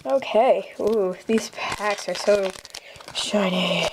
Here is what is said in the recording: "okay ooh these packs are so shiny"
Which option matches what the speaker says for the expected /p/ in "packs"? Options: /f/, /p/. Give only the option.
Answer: /p/